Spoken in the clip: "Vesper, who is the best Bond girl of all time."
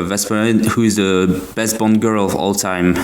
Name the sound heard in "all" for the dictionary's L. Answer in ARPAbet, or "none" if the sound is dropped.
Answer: L